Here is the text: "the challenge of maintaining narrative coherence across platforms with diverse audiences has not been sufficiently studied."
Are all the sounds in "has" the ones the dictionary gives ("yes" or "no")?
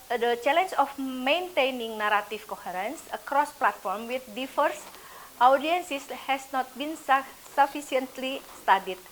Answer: no